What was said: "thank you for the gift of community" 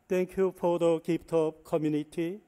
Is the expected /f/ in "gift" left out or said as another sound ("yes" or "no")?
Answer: yes